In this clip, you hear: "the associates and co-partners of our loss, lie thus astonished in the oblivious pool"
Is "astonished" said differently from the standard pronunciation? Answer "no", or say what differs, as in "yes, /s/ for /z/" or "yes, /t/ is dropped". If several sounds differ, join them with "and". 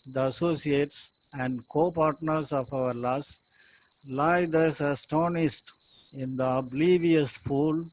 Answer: yes, /s/ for /ʃ/